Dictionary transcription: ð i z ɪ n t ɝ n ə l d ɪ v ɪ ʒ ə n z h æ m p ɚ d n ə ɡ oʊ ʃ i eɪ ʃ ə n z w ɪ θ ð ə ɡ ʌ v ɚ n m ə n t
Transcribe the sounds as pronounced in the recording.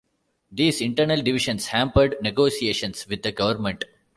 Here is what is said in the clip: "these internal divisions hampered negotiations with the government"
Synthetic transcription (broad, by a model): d i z ɪ n t ɝ n ə l d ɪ v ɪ ʃ ə n s h æ m p ɚ d n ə ɡ oʊ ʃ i eɪ ʃ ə n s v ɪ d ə ɡ ʌ v ɚ n m ə n t